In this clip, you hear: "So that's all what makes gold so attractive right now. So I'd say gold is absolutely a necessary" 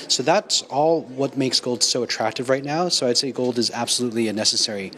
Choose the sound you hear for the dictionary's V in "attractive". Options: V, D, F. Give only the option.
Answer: V